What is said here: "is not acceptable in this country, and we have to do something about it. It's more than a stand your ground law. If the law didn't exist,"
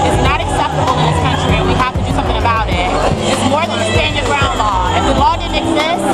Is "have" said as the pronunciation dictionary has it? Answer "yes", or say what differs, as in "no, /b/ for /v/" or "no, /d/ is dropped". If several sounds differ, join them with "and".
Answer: no, /f/ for /v/